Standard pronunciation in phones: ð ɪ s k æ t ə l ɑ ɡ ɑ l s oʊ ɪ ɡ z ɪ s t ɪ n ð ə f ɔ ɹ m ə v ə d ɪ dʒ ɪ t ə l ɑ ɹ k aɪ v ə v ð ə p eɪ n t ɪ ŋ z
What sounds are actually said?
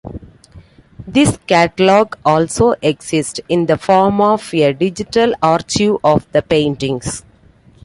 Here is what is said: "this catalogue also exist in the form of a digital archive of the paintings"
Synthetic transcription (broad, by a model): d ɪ s k æ t ə l ɑ ɡ ɑ l s oʊ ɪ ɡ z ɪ s t ɪ n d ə f ɔ ɹ m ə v ə d ɪ dʒ ɪ t ə l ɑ ɹ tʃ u ə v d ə p eɪ n t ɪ ŋ s